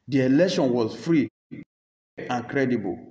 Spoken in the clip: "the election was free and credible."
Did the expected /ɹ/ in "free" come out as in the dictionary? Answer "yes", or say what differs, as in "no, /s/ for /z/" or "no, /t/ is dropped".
yes